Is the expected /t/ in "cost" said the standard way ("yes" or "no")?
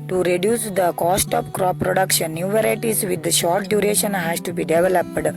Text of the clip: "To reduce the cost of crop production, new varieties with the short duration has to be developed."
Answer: yes